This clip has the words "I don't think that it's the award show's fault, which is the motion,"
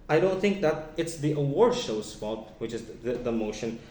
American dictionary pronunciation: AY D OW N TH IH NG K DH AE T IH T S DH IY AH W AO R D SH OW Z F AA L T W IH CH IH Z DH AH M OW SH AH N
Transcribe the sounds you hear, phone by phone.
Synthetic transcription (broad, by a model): AY D OW N TH IH NG K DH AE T IH T S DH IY AH W AO R D SH OW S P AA T W IH CH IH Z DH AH M OW SH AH N